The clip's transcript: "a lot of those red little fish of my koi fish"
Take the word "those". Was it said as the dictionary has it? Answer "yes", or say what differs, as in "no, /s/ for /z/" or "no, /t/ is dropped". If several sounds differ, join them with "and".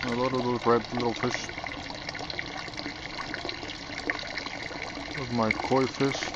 no, /z/ is dropped